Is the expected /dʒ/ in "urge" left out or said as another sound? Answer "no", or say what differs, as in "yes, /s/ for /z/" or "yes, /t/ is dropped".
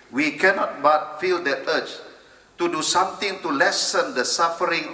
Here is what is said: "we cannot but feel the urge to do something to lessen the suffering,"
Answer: yes, /tʃ/ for /dʒ/